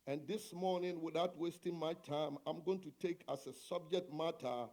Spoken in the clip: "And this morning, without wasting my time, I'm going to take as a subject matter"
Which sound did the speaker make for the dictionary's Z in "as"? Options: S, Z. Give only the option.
S